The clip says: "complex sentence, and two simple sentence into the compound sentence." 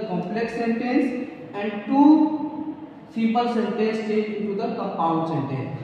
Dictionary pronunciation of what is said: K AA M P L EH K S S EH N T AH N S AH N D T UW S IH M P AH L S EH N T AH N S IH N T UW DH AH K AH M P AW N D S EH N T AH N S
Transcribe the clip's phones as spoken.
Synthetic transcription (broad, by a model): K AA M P L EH K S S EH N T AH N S AH N D T UW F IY P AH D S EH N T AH S IH N T UW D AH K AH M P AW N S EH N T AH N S